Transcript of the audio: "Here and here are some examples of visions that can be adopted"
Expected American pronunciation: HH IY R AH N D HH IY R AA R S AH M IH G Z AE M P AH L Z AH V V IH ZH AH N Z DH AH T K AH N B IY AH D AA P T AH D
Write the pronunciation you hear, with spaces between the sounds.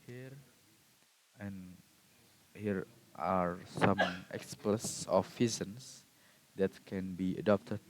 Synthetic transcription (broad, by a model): HH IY R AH N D HH IY R AA R S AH M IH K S P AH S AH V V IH Z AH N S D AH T K AH N B IY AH D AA P T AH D